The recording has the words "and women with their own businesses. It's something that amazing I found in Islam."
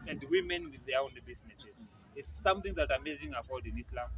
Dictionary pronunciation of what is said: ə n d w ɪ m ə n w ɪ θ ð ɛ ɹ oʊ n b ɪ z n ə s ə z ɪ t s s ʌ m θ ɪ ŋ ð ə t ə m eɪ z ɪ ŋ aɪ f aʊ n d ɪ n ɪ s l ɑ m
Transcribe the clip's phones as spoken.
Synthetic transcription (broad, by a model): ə n d w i m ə n w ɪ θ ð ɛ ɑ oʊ n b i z n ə s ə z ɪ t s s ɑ m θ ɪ ŋ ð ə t ə m eɪ z ɪ ŋ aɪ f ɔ l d ɪ n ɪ s l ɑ m